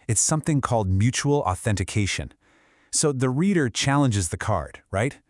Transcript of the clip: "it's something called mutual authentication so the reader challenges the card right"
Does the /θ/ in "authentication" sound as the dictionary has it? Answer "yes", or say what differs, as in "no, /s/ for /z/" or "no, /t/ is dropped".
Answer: yes